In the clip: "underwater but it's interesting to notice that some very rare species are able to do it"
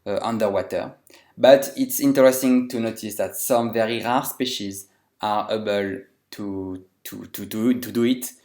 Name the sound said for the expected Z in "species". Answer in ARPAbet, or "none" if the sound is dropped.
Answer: Z